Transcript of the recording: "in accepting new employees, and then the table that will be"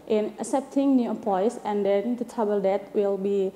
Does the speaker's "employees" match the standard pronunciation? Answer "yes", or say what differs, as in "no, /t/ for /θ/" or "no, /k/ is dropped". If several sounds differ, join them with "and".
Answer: no, /m/ is dropped and /l/ is dropped